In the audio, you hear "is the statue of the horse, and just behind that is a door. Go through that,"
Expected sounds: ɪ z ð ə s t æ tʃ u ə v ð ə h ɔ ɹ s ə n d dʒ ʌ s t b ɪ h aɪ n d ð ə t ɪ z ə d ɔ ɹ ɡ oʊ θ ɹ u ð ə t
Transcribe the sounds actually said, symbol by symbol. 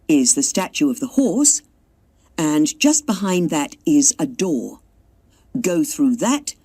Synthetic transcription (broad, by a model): ɪ z ð ə s t æ tʃ u ə v ð ə h ɔ ɹ s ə n dʒ ʌ s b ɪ h aɪ n ð ə t ɪ z ə d ɔ ɹ ɡ oʊ θ ɹ u ð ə t